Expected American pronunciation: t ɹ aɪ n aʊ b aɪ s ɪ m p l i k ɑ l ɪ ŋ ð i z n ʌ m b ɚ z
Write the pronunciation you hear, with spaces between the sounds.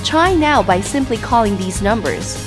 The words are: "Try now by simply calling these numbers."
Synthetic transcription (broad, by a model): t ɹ aɪ n aʊ b aɪ s ɪ m p l i k ɑ l ɪ ŋ ð i z n ʌ m b ɚ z